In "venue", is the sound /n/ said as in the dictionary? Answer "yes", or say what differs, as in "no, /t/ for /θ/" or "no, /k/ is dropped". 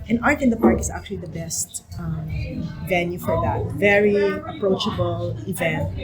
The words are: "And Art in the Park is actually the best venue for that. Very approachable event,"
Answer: yes